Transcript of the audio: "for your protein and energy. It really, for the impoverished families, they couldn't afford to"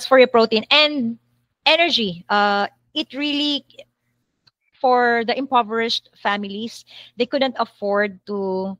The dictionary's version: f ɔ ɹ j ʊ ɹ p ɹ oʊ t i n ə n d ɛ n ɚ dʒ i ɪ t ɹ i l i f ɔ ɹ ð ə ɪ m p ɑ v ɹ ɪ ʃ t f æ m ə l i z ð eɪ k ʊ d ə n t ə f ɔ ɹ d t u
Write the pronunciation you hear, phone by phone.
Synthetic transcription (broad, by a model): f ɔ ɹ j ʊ p ɹ oʊ t i n ə n d ɛ n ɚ dʒ i ɪ t ɹ i l i f ɔ ɹ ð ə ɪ m p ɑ v ɹ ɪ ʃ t f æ m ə l i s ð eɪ k ʊ d ə n t ə f ɔ ɹ d t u